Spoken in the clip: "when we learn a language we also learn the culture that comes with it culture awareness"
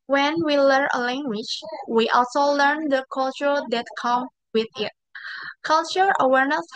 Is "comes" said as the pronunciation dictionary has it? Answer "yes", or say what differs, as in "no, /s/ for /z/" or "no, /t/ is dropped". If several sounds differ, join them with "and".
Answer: no, /z/ is dropped